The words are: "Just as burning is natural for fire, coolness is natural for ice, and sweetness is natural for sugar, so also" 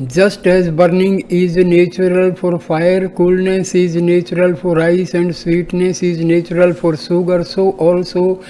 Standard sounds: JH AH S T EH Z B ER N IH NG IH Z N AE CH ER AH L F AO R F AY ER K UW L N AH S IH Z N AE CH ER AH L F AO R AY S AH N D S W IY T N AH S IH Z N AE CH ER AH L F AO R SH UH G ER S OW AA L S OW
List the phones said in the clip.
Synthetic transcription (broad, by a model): JH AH S T EH Z B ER N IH NG IH Z N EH CH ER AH L F AO R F AY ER K UW L N AH S IH Z N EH CH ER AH L F AO R AY S AH N D S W IY T N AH S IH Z N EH CH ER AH L F AO R S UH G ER S OW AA L S OW